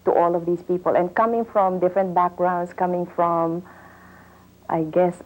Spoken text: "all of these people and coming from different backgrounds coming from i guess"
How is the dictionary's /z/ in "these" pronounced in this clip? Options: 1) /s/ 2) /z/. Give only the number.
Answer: 1